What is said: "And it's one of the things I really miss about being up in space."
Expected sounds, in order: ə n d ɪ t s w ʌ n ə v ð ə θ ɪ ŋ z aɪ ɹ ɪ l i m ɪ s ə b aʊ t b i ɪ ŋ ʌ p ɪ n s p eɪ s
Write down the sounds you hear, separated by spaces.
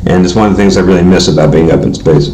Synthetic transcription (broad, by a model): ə n ɪ t s w ʌ n ə v ð ə θ ɪ ŋ z aɪ ɹ ɪ l i m ɪ s ə b aʊ t b i ɪ ŋ ʌ p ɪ n s p eɪ s